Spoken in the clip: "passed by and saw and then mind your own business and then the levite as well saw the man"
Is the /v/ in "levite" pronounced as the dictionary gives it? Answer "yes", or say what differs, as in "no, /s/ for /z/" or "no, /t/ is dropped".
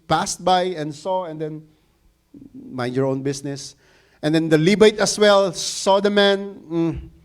no, /b/ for /v/